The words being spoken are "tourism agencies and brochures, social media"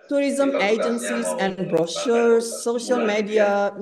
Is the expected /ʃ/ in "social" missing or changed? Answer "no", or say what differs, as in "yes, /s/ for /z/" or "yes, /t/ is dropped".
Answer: no